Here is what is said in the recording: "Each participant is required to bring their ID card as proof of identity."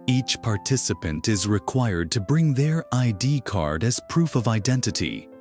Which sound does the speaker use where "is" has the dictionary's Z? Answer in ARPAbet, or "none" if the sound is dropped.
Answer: Z